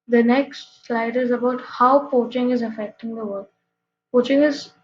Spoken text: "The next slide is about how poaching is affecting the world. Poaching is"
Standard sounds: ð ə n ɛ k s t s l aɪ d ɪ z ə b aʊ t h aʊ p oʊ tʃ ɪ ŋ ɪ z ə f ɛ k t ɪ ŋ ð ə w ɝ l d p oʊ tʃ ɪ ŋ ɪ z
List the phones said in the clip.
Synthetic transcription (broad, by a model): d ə n ɛ k s t s l aɪ d ɪ z ə b aʊ t h aʊ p oʊ tʃ ɪ ŋ ɪ z ə f ɛ k t ɪ ŋ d ə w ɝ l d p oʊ tʃ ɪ ŋ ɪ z